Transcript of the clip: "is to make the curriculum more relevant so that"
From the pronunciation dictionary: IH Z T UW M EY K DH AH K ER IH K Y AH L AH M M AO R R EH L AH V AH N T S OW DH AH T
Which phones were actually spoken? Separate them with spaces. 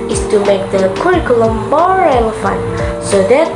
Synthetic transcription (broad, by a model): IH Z T UW M EY K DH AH K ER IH K Y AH L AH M M AO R R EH L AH F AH N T S OW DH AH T